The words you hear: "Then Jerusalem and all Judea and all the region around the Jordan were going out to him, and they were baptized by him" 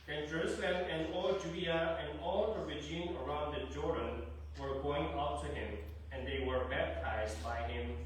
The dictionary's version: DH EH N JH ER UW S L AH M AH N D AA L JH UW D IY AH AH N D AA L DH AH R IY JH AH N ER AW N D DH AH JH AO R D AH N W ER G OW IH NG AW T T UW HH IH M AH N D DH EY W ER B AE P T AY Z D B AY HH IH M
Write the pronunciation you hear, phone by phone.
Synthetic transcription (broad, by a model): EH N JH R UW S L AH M AH N D AA L JH UW D IY AH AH N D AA L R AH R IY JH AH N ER AW N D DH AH JH AO R D AH N W ER G OW IH NG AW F T UW HH IH M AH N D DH EY W ER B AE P T AY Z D B AY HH IH M